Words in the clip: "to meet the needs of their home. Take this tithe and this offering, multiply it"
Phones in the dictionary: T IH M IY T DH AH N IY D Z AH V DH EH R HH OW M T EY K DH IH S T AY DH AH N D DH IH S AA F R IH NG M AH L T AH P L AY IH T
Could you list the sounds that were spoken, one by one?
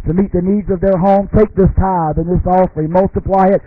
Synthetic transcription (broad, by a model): T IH M IY T DH AH N IY D Z AH V DH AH R HH OW M T EY K DH IH S T AY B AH N DH IH S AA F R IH M AH L T AH P L AY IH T